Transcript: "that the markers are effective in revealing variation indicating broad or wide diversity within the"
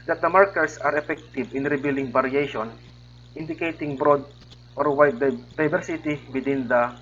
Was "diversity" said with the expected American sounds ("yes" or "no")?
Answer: no